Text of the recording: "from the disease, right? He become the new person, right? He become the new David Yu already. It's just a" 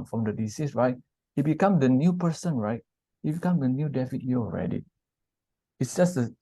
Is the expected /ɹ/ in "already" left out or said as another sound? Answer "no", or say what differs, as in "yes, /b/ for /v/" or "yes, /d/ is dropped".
no